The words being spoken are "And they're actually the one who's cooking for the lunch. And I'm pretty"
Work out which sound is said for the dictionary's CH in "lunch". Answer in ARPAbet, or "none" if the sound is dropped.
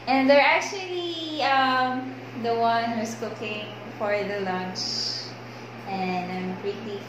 CH